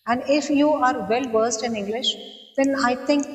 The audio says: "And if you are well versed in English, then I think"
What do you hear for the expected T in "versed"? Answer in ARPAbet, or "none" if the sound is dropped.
T